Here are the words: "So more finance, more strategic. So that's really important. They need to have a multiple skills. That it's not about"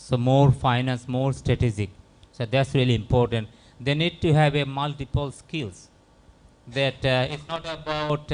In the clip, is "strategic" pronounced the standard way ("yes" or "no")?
no